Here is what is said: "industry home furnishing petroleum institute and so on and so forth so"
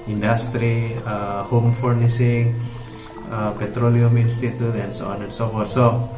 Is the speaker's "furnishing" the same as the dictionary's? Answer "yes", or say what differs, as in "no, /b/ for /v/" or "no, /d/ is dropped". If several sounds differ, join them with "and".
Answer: no, /s/ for /ʃ/